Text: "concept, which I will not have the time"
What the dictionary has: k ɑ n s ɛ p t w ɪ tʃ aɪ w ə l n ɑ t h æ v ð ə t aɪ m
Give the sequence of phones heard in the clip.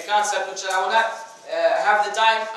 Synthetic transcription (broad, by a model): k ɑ n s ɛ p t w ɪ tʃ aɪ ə w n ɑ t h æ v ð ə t aɪ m